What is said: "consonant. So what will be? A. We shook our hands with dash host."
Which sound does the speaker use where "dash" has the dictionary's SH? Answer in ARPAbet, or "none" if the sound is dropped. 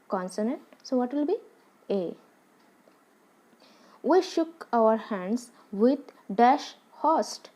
SH